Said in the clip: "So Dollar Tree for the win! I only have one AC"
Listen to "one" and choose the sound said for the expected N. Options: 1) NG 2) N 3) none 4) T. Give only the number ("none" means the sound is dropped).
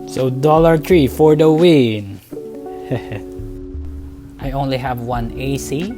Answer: 2